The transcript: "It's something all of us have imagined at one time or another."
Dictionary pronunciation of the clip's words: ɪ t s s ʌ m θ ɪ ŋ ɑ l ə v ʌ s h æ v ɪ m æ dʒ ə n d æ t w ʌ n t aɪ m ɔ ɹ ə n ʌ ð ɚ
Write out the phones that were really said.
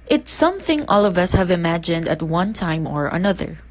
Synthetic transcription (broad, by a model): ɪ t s s ʌ m θ ɪ ŋ ɑ l ə v ʌ s h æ v ɪ m æ dʒ ə n d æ t w ʌ n t aɪ m ɔ ɹ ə n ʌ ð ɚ